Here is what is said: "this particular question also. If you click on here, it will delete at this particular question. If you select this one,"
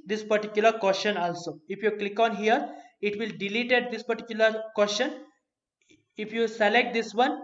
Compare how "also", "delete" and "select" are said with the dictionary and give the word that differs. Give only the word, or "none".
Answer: none